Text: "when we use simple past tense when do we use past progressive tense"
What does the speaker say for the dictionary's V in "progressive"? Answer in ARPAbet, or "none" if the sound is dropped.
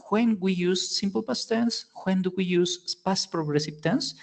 P